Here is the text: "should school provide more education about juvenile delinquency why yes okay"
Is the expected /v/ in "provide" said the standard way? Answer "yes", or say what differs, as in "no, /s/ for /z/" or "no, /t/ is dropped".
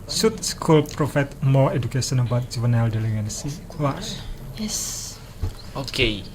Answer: no, /f/ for /v/